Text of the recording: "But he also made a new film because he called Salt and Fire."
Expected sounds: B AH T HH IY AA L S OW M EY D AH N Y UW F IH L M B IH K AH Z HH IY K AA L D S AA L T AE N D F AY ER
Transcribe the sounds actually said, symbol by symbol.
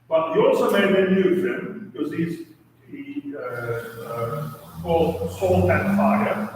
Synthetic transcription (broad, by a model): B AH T HH IY AA L S OW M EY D AH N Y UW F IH M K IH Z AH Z HH IY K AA L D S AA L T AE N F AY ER